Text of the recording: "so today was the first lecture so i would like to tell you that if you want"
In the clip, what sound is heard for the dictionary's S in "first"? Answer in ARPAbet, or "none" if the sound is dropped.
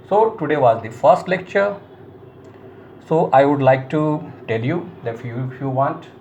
S